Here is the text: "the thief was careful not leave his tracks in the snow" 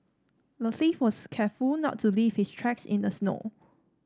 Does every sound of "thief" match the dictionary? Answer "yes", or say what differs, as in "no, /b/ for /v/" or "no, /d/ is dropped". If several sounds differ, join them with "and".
no, /s/ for /θ/